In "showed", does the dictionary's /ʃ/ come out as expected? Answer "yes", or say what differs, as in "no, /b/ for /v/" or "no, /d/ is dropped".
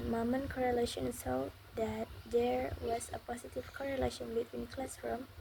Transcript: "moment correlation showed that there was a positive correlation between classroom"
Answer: no, /s/ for /ʃ/